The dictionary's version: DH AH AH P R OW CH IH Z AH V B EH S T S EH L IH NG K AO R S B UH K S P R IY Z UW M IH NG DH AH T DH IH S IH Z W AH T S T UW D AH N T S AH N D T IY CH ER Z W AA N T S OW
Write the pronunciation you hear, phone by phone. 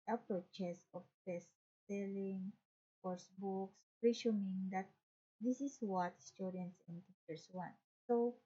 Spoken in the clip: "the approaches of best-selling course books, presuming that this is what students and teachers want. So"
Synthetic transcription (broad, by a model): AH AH P R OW CH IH S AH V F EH S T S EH L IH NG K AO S B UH K S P R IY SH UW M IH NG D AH T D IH S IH S W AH T S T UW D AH N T S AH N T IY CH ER S W AA N T S OW